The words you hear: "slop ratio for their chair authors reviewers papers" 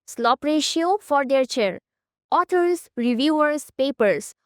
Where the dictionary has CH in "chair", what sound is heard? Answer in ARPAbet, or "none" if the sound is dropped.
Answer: CH